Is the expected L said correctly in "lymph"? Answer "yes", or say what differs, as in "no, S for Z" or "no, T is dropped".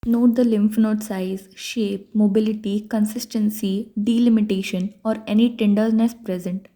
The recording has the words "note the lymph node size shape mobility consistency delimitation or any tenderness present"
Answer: yes